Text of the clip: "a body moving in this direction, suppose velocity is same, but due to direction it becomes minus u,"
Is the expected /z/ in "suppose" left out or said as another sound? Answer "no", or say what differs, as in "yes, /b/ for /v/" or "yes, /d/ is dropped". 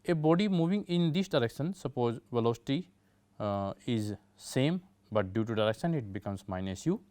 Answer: no